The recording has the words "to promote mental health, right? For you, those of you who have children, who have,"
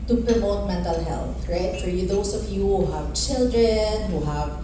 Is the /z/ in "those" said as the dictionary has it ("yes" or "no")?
no